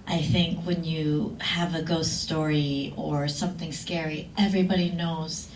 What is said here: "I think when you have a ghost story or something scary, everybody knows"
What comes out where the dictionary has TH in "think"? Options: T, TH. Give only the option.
TH